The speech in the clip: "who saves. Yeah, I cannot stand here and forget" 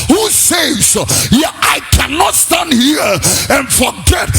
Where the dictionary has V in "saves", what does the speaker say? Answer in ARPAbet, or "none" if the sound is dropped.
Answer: none